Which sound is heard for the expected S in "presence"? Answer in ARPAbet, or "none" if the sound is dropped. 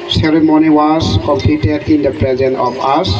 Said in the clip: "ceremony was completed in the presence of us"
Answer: none